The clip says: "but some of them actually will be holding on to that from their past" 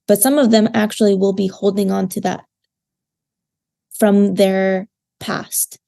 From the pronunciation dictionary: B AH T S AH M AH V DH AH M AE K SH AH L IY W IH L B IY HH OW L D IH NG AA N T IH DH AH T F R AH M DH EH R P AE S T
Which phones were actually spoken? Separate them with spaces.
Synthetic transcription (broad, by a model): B AH T S AH M AH V DH AH M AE K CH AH L IY W IH L B IY HH OW L D IH NG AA N T IH DH AH T F R AH M DH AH R P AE S T